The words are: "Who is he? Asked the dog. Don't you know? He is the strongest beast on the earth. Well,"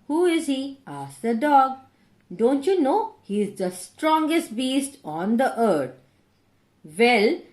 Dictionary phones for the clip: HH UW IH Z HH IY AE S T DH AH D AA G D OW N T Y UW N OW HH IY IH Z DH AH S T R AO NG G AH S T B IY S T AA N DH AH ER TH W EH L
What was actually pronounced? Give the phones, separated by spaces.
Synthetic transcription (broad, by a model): HH UW IH Z HH IY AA S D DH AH D AA G D OW N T Y UW N OW HH IY IH Z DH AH S T R AO NG G AH S T B IY S T AA N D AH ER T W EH L